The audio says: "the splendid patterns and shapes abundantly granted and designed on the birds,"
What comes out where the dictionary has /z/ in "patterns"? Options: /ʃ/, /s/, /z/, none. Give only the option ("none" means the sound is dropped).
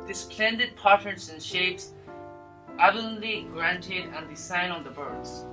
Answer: /s/